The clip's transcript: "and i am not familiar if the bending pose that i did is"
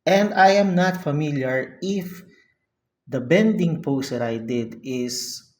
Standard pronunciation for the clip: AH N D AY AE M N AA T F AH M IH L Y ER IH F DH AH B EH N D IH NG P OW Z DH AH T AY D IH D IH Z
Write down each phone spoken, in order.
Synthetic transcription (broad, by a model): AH N D AY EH M N AA T F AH M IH L Y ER IH F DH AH B EH N D IH NG P OW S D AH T AY D IH D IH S